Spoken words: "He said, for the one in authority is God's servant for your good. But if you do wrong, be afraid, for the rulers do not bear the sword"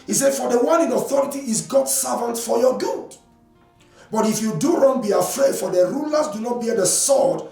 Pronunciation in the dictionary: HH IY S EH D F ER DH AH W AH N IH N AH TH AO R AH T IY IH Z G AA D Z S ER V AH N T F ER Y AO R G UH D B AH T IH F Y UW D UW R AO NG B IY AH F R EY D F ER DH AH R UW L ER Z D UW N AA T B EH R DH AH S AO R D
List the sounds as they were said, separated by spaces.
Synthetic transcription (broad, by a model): HH IY S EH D F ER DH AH W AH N IH N AH TH AO R AH T IY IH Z G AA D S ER V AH N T F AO Y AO G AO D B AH T IH F Y UW D UW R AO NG B IY AH F R EY D F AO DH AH R UW L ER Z D UW N AA T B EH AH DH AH S AO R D